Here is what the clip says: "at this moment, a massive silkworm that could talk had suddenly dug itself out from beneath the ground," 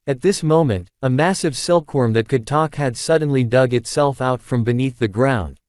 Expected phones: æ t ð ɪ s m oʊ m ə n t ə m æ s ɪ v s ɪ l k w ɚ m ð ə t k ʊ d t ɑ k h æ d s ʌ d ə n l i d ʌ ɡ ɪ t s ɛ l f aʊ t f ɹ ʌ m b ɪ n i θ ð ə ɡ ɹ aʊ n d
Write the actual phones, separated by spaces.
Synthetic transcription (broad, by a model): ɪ t ð ɪ s m oʊ m ə n t ə m æ s ɪ v s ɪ l k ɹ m ð ə t k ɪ d t ɑ k h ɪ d s ʌ d n l i d ʌ ɡ ɪ t s ɛ l f aʊ t f ɹ ʌ m b ɪ n i θ ð ə ɡ ɹ aʊ n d